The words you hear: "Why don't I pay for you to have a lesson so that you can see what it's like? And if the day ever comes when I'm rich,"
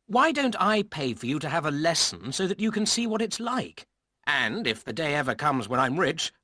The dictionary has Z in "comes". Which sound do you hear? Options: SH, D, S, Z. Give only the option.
Z